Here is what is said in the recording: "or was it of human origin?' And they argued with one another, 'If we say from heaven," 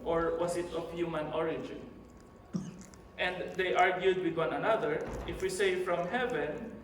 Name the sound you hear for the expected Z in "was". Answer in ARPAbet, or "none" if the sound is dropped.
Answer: S